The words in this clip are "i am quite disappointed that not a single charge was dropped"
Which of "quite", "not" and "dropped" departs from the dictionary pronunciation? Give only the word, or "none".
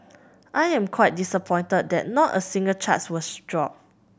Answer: dropped